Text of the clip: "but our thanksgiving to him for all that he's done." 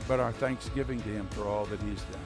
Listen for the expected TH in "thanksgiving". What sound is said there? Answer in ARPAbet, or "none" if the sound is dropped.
TH